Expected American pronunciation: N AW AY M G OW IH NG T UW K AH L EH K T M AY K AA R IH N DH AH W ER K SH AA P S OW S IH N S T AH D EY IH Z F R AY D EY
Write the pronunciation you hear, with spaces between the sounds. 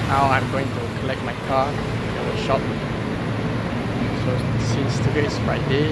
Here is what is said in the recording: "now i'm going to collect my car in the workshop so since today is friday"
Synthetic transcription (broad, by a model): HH AW AY M G OW IH NG T UW K AH L EH K T M AY K AA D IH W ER SH AA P S OW S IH N S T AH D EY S F R AY D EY